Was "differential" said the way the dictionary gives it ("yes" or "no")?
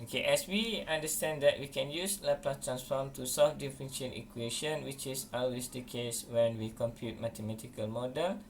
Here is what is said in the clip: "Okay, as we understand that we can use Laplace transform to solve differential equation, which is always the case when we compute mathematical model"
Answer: no